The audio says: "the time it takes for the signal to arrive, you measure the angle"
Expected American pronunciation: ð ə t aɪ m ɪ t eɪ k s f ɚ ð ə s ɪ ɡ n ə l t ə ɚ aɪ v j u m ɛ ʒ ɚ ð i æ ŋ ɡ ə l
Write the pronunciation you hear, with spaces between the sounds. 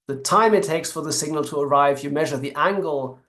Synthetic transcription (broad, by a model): ð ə t aɪ m ɪ t eɪ k s f ɚ ð ə s ɪ ɡ n ə l t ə ɚ aɪ v j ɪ m ɛ ʒ ɚ ð i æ ŋ ɡ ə l